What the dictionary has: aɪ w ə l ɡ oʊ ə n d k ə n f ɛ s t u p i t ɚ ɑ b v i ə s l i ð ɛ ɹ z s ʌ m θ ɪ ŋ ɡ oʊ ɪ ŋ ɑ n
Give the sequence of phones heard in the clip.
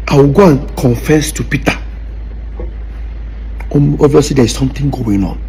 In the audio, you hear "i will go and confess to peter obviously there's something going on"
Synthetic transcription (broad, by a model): aɪ w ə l ɡ oʊ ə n k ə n f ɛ s t u p i t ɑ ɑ v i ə s l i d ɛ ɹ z s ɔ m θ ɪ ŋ ɡ oʊ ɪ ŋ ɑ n